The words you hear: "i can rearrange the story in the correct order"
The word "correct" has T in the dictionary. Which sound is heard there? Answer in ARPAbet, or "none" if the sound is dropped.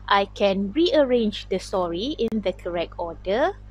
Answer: T